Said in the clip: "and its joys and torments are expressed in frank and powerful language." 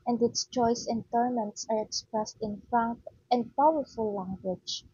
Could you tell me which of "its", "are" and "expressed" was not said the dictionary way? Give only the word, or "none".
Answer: none